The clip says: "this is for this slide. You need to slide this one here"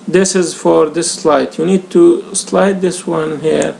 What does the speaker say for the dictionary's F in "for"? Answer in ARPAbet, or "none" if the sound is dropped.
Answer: F